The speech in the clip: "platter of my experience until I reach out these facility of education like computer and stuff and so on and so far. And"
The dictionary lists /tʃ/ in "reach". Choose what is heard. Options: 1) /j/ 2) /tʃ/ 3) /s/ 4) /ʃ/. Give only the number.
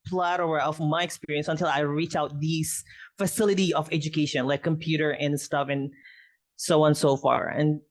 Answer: 2